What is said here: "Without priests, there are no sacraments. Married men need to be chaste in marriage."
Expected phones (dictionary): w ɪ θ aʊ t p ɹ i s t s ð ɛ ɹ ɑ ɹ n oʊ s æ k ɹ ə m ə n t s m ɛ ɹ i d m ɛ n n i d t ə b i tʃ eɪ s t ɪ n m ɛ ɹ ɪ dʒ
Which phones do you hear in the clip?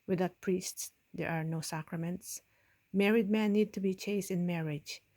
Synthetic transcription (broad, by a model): w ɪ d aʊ t p ɹ i s t s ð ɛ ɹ ɑ ɹ n oʊ s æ k ɹ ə m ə n t s m ɛ ɹ i d m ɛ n n i d t ə b i tʃ eɪ s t ɪ n m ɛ ɹ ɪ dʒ